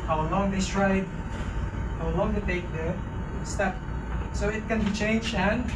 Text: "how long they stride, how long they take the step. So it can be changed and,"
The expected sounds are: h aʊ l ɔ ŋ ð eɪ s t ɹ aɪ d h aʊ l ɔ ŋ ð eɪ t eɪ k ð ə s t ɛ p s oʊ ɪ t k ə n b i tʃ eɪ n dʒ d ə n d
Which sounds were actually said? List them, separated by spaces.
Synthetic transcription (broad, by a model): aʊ l ɔ ŋ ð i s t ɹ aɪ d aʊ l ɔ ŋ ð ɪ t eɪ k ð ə s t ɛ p s oʊ ɪ t k ə n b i tʃ eɪ n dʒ ə n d